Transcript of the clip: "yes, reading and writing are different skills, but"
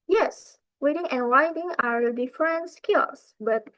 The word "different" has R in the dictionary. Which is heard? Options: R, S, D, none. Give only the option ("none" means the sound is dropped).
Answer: R